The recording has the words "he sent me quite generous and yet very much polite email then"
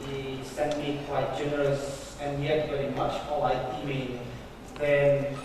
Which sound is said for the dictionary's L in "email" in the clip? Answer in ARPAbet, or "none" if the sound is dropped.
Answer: N